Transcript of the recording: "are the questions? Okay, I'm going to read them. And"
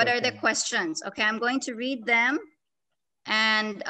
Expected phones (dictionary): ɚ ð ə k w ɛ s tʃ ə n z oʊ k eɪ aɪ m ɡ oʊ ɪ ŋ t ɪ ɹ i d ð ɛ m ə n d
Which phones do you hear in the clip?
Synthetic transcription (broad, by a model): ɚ ð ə k w ɛ s tʃ ə n z oʊ k eɪ aɪ m ɡ oʊ ɪ ŋ t ɪ ɹ i d ð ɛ m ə n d